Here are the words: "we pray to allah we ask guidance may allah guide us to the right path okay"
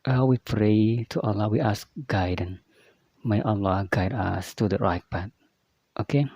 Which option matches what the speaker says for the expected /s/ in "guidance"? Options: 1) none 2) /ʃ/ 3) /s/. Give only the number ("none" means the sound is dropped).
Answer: 1